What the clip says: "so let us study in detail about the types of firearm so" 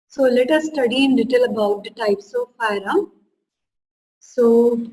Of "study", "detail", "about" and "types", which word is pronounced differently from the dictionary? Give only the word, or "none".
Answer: none